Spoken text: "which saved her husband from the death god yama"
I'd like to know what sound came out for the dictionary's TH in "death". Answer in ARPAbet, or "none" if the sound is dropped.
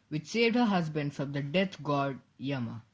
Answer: T